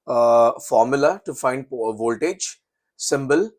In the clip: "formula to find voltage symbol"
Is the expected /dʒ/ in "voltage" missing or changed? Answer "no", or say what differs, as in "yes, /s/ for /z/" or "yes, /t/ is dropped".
no